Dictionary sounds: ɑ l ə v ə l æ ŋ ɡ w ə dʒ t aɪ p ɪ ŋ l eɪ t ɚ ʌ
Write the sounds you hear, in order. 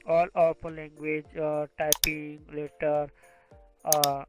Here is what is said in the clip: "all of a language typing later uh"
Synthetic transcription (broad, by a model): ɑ l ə p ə l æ ŋ ɡ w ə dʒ t aɪ p ɪ ŋ l eɪ t ɚ